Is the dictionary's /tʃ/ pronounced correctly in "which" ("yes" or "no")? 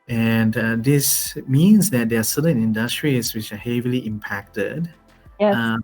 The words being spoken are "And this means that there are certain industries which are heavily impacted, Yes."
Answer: yes